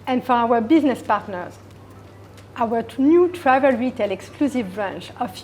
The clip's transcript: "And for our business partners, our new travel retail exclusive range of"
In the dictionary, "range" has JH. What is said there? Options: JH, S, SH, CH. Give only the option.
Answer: CH